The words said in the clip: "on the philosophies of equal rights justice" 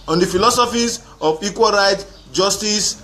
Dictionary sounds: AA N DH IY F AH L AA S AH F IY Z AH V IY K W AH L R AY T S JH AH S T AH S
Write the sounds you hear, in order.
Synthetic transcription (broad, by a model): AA N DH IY F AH L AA S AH F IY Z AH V IY K W AH L R AY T JH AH S T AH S